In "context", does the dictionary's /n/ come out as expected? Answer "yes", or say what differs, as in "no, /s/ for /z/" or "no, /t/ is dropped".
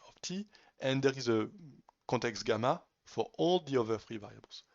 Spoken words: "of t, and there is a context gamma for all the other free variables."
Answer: no, /n/ is dropped